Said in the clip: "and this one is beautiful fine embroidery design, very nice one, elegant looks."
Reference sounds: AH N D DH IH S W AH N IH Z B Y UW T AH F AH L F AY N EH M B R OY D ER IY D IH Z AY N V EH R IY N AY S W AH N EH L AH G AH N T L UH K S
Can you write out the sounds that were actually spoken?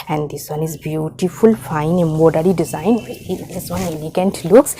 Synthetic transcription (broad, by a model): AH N D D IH S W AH N IH Z B Y UW T AH F AH L F AY N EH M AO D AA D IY D IH Z AY N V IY IY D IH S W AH N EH L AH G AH N T L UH K S